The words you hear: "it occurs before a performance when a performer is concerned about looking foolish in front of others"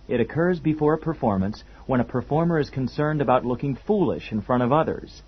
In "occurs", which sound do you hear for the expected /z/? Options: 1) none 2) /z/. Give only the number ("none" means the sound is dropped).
2